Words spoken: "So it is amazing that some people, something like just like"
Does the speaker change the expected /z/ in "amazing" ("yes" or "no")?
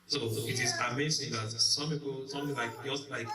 yes